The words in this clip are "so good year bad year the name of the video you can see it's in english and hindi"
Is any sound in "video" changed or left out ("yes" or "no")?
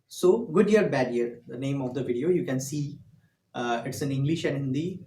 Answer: no